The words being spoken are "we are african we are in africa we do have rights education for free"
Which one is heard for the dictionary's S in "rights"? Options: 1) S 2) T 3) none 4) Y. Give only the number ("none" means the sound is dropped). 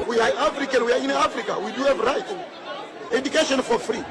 3